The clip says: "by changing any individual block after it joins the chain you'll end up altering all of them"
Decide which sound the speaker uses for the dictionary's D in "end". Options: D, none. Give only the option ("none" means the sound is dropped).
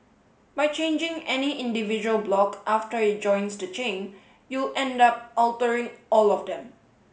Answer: D